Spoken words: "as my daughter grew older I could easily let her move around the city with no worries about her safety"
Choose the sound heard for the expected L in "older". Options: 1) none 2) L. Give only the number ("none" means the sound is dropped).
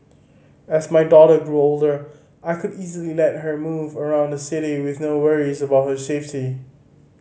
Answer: 2